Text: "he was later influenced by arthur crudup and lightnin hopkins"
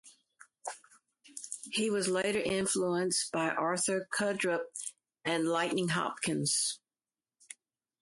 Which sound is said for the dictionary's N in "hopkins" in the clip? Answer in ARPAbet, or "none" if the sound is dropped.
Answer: N